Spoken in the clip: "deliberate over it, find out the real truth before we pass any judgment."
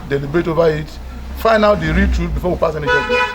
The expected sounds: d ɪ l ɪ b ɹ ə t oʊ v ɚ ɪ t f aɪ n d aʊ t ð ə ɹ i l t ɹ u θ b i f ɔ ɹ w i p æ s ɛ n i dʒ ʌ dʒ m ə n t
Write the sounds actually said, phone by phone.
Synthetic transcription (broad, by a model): d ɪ l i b ɹ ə t oʊ v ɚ ɪ t f aɪ n aʊ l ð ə ɹ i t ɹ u t b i f ɔ w i p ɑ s ɛ n i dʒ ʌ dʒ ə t